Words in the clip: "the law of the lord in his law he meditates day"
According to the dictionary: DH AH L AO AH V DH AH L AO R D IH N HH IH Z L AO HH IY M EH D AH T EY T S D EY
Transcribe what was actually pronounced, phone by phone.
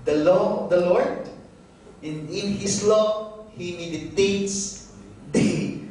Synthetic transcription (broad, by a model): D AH L AO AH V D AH L AO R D IH N HH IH S L AO HH IY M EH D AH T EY T S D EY